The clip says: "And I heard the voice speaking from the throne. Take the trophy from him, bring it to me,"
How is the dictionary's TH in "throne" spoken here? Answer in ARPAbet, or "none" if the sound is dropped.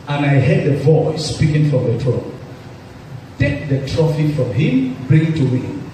T